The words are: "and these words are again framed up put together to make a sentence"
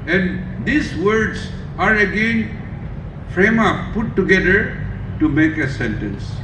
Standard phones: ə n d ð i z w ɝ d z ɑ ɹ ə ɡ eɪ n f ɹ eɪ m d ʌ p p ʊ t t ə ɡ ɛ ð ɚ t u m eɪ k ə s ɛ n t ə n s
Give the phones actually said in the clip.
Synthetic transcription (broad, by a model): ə n d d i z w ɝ d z ɑ ɹ ə ɡ eɪ n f ɹ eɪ m ʌ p p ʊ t t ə ɡ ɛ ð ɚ t u m eɪ k ə s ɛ n t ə n s